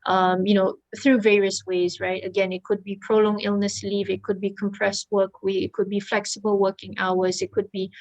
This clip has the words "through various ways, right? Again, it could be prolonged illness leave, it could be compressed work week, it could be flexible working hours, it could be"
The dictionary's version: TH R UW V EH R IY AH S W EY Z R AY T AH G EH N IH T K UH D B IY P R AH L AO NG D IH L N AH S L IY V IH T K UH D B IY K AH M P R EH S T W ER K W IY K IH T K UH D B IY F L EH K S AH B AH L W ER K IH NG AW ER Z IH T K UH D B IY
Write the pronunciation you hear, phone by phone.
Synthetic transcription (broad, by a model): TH R UW V EH R IY AH S W EY Z R AY T AH G EH N IH T K UH D B IY P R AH L AO NG IH L N AH S L IY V IH T K UH D B IY K AH M P R EH S T W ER K W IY IH T K UH D B IY F L EH K S AH B AH L W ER K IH NG AW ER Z IH T K UH D B IY